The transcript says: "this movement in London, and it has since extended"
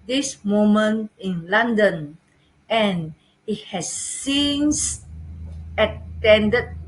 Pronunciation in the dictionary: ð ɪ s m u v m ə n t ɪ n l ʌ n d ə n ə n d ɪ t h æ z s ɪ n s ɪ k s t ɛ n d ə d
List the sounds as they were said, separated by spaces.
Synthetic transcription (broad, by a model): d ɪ s m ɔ m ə n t ɪ n l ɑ n d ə n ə n ɪ t h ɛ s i n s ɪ t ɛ n d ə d